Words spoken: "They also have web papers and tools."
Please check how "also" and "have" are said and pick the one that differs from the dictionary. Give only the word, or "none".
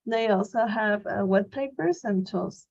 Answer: none